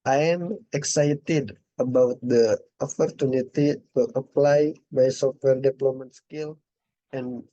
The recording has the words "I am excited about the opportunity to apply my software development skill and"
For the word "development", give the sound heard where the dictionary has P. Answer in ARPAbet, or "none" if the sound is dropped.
none